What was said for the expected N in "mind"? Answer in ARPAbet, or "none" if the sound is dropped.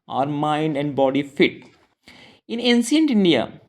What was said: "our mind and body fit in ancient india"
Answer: N